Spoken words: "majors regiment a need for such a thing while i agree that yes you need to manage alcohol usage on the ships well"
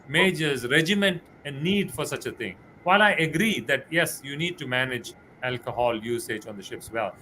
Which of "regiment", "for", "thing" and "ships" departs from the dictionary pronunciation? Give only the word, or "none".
thing